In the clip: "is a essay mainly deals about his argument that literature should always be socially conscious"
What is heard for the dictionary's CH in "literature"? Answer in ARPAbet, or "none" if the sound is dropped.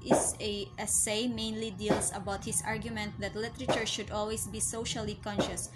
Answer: CH